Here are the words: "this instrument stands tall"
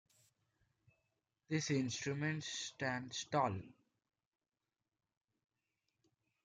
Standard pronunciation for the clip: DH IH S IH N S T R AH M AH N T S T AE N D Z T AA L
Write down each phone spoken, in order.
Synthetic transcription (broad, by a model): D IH S IH N S T R AH M AH N T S T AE N D S T AA L